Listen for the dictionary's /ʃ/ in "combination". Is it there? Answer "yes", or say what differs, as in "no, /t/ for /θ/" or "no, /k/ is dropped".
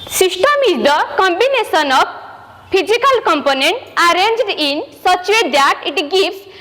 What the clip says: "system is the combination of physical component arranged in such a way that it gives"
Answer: no, /s/ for /ʃ/